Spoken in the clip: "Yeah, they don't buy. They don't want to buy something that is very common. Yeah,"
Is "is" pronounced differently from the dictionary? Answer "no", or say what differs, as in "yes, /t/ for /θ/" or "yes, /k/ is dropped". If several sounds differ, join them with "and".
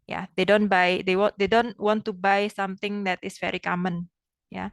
yes, /s/ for /z/